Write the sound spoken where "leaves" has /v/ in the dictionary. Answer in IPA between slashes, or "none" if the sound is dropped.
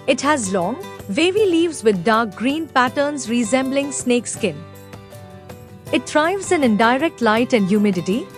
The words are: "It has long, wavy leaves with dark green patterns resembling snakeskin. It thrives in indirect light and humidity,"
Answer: /v/